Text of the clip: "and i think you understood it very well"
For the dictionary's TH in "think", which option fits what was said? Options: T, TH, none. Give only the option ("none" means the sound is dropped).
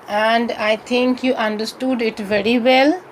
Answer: T